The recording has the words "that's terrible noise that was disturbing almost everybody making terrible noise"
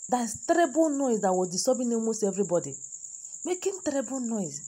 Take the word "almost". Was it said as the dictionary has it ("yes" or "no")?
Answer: no